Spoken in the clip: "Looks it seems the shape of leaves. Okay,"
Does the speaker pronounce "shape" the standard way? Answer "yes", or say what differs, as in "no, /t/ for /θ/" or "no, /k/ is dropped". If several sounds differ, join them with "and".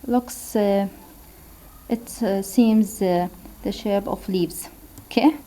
no, /b/ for /p/